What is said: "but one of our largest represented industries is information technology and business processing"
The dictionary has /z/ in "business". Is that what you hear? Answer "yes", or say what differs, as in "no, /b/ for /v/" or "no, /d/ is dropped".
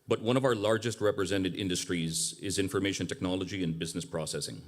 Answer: yes